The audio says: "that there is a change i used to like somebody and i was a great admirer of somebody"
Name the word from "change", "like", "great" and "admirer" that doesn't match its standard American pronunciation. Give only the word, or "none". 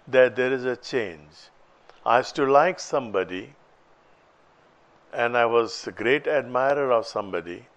none